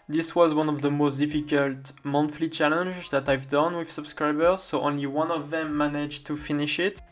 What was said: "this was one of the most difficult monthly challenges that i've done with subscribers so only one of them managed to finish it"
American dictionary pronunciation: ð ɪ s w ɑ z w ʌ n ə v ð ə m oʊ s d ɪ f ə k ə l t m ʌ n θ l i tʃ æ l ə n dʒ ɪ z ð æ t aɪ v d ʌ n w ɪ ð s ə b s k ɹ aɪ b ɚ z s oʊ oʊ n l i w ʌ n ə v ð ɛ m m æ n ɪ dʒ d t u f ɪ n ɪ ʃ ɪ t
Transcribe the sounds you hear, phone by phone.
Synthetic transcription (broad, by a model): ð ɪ s w ɑ z w ʌ n ə v ð ə m oʊ s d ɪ f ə k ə l t m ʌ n f l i tʃ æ l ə n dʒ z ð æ t aɪ v d ʌ n w ɪ ð s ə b s k ɹ aɪ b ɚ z s oʊ oʊ n l i w ʌ n ə v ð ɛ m m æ n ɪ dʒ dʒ t u f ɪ n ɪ ʃ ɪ t